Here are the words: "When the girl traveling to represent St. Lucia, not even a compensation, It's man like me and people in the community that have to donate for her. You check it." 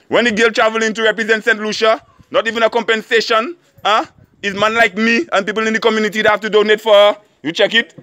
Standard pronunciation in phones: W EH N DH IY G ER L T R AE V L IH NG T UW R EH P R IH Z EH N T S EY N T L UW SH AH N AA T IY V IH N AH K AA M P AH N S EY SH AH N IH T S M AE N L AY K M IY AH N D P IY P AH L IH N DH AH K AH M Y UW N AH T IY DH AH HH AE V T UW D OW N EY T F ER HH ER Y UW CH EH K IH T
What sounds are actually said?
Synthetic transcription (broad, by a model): W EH N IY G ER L T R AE V L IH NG T UW R EH P R IH Z EH N T S EY N T L UW SH AH N AA T IY V IH N AH K AA M P AH N S EY SH AH N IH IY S M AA N L AY K M IY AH N P IY P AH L IH N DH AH K AH M Y UW N AH T IY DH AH HH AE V T UW D OW N EY T F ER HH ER Y UW CH EH K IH T